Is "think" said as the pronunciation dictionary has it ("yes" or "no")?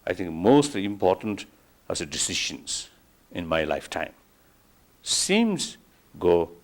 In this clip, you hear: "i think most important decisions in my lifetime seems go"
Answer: no